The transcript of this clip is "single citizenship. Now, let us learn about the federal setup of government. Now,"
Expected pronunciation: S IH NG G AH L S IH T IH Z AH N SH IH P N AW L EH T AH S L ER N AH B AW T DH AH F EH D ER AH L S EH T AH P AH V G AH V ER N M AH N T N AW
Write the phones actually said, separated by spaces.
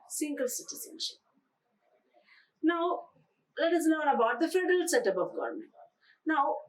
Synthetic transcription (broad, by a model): S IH NG G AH L S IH T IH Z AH N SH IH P N AW L EH T AH S N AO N AH B AW T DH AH F EH D ER AH L S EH T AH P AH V G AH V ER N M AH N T N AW